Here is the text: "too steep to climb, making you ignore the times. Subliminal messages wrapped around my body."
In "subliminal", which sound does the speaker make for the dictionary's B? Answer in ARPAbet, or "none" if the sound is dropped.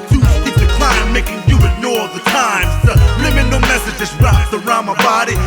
none